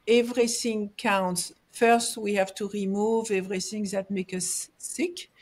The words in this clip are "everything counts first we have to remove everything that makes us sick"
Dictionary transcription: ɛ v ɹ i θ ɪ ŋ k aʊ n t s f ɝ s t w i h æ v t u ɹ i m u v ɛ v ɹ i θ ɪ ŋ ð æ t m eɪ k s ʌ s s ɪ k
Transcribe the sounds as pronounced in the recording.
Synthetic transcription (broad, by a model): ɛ v ɹ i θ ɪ ŋ k aʊ n t s f ɝ s t w i h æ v t u ɹ i m u v ɛ v ɹ i θ ɪ ŋ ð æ t m eɪ k ʌ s s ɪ k